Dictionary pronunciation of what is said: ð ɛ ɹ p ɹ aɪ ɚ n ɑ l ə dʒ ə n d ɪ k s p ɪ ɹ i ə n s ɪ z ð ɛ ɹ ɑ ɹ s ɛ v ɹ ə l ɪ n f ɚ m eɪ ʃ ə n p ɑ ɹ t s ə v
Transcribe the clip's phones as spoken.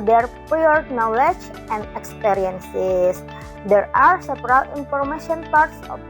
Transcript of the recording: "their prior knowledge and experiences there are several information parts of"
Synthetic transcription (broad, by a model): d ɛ ɹ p aɪ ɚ n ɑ l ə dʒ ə n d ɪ k s p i ɹ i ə n s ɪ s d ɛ ɹ ɑ ɹ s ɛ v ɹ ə l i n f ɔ m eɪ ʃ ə n p ɑ ɹ t s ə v